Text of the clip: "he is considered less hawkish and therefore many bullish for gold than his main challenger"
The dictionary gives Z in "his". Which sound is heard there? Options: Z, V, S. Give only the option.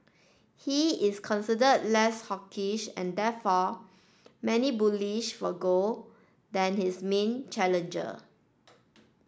S